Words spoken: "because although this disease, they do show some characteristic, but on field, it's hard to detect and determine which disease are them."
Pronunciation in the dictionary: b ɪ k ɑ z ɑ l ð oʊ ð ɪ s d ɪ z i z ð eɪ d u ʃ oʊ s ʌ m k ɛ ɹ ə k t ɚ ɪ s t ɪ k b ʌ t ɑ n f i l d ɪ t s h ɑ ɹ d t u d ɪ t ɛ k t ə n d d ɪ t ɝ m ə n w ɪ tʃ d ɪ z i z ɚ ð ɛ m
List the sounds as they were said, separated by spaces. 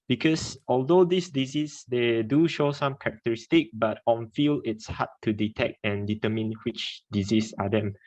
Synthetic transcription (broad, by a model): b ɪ k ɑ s ɑ l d oʊ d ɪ s d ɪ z i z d eɪ d u ʃ oʊ s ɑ m k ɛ ɹ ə k t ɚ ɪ s t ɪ k b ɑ t ɑ n f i l ɪ t s h ɑ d t u d ɪ t ɛ k t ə n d d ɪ t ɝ m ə n w ɪ tʃ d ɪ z i s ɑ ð ɛ m